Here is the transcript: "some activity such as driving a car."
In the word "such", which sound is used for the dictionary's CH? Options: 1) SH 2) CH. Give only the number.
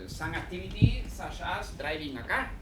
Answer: 1